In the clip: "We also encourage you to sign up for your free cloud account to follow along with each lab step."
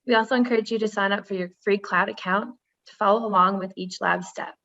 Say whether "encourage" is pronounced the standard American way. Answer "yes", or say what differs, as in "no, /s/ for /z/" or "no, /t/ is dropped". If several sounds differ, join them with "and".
yes